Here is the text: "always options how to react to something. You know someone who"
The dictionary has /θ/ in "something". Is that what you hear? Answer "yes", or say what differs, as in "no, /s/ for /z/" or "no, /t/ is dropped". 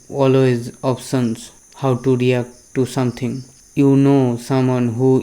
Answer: no, /t/ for /θ/